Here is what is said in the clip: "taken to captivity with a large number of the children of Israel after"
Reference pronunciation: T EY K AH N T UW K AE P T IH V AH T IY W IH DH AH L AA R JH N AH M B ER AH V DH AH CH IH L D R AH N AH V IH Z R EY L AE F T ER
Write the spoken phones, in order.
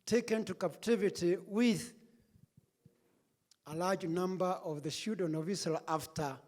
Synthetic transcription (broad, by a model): T EY K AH N T UW K AE P T IH V AH T IY W IH DH AH L AA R JH N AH M B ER AH V DH AH SH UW D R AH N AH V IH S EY L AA F T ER